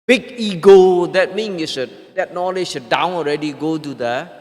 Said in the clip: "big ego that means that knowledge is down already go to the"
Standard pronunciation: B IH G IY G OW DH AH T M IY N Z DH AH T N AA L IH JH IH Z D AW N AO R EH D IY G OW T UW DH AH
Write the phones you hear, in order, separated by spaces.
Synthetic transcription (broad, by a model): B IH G IY G OW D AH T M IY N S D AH T N AA L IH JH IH D AW N AO R EH D IY G OW T UW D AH